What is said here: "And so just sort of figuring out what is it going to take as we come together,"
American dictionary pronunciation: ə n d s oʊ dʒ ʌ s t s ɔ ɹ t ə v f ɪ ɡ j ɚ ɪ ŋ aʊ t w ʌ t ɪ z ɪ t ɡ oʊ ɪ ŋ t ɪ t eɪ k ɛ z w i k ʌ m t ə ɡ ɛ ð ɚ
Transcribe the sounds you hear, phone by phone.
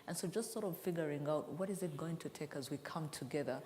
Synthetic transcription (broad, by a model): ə n s oʊ dʒ ʌ s t s ɔ ɹ t ə v f ɪ ɡ j ɚ ɪ ŋ aʊ t w ʌ t ɪ z ɪ t ɡ oʊ ɪ ŋ t ɪ t eɪ k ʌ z w i k ʌ m t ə ɡ ɛ ð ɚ